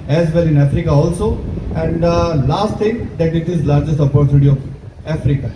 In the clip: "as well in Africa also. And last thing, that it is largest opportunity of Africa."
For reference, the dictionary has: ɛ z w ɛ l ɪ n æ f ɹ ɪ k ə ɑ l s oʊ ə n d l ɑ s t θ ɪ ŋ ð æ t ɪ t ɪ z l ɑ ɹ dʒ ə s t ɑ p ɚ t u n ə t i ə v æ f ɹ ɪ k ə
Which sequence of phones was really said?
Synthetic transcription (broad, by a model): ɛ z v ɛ l ɪ n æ f ɹ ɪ k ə ɑ l s oʊ ə n d l ɑ s t t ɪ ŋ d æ t ɪ t ɪ z l ɑ ɹ dʒ ə s t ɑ p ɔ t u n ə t i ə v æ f ɹ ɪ k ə